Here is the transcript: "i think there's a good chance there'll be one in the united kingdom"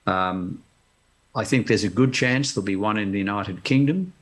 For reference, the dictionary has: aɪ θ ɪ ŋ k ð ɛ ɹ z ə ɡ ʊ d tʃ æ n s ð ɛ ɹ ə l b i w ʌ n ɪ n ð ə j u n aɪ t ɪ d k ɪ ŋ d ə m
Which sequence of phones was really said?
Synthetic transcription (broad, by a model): aɪ θ ɪ ŋ k ð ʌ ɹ z ə ɡ ʊ d tʃ æ n s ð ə l b i w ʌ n ɪ n ð ə j u n aɪ t ɪ d k ɪ ŋ d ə m